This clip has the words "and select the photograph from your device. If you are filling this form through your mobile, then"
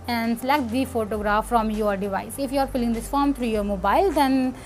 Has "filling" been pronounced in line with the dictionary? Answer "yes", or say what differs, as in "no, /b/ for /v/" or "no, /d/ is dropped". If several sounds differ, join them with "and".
no, /p/ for /f/